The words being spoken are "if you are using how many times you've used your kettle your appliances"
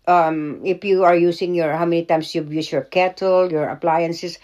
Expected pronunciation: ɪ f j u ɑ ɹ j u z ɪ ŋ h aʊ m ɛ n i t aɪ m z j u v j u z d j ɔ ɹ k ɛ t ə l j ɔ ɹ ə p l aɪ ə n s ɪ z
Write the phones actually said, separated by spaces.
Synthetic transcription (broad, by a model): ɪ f j u ɑ ɹ j u s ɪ ŋ h aʊ m ɛ n i t aɪ m s j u j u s j ɔ ɹ k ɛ t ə l j ɔ ɹ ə p l aɪ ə n s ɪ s